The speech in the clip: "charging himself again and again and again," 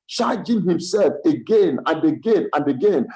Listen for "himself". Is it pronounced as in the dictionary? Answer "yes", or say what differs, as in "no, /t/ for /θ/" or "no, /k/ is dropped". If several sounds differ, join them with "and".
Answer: yes